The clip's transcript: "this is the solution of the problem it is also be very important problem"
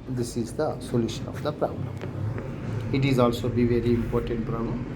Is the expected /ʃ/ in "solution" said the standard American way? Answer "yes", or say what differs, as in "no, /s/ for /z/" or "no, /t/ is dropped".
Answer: yes